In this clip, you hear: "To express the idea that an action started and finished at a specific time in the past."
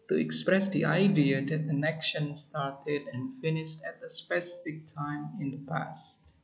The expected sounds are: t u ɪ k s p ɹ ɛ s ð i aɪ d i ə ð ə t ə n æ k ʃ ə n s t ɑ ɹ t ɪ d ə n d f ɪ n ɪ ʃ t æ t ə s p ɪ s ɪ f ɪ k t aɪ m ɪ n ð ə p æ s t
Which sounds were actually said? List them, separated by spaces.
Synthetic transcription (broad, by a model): t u ɪ k s p ɹ ɛ s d i aɪ d i ə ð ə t ə n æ k ʃ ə n s t ɑ ɹ t ɪ d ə n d f ɪ n ɪ ʃ t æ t ə s p ɪ s ɪ f ɪ k t aɪ m ɪ n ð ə p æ s t